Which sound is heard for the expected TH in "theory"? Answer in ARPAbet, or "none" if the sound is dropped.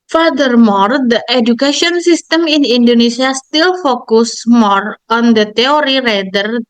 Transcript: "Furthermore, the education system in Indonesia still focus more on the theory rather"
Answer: T